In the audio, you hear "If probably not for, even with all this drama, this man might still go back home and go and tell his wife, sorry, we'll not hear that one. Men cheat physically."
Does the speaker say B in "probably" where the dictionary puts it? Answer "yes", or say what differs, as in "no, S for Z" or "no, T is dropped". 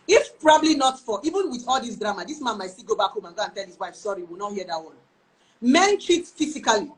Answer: yes